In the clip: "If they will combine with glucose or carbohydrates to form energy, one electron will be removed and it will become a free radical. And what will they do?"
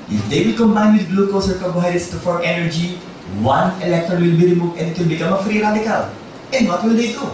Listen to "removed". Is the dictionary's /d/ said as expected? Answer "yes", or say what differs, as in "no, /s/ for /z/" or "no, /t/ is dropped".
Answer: no, /d/ is dropped